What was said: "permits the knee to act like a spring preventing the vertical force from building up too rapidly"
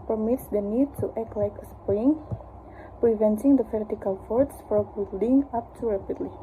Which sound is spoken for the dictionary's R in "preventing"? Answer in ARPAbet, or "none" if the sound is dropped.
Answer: R